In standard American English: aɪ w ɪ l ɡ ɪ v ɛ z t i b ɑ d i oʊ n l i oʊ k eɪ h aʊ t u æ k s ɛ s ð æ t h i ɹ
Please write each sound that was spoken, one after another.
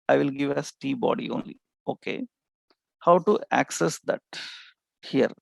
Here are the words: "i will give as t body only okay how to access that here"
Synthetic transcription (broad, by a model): aɪ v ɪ l ɡ ɪ v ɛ s t i b ɑ d i oʊ n l i oʊ k eɪ h aʊ t u æ k s ɛ s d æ t h i ɹ